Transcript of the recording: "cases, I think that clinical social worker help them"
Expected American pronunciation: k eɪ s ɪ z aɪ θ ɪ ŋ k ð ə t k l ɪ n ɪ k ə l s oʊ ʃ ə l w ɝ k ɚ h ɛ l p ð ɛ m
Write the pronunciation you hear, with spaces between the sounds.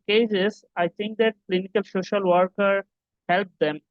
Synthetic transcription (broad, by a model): k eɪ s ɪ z aɪ t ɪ ŋ k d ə t k l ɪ n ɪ k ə l s oʊ ʃ ə l w ɝ k ɚ h ɛ l p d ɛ m